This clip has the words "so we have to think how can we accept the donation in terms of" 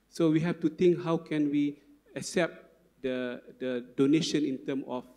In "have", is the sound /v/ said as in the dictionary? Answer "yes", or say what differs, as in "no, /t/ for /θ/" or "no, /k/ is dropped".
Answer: no, /f/ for /v/